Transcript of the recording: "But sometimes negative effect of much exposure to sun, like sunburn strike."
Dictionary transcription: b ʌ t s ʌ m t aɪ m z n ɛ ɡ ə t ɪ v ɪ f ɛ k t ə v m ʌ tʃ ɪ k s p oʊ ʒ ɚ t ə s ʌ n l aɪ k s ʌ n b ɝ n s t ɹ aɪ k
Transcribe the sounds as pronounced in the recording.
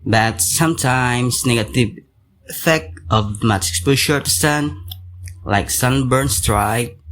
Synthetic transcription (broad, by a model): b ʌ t s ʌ m t aɪ m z n ɛ ɡ ə t ɪ v ɪ f ɛ k t ə v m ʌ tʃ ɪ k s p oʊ ʃ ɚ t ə s ʌ n l aɪ k s ʌ n b ɝ n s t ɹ aɪ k